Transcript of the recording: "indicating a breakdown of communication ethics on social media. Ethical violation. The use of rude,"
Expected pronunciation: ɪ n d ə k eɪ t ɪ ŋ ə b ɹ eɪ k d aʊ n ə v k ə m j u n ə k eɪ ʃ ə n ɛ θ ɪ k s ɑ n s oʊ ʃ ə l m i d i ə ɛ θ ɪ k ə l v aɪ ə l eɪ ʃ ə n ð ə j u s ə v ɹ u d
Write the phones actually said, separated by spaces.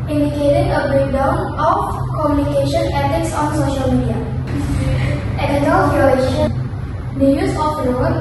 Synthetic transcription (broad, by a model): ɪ n d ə k eɪ t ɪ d ə b ɹ eɪ k d aʊ n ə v k ə m j u n ə k eɪ ʃ ə n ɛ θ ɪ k s ɑ n s oʊ ʃ ə l m i d i ə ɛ t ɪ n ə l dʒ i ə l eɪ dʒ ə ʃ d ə j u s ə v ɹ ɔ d